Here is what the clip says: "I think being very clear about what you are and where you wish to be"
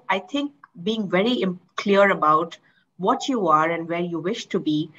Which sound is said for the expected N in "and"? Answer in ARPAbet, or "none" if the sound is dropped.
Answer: N